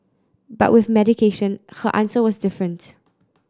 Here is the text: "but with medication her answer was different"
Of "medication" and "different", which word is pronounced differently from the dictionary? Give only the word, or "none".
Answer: none